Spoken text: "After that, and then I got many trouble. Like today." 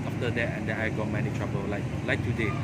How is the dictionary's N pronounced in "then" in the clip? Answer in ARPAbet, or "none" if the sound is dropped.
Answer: none